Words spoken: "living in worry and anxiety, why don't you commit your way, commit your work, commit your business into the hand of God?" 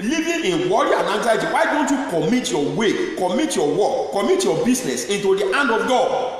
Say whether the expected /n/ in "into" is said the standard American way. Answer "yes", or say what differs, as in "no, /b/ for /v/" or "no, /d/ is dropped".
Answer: yes